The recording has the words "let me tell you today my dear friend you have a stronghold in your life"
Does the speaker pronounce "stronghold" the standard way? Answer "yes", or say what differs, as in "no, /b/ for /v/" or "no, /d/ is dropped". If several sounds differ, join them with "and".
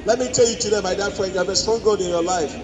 no, /l/ is dropped